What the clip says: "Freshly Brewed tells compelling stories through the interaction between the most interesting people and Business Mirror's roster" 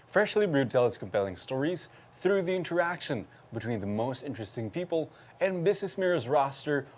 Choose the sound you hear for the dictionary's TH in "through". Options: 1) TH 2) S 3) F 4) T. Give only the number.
1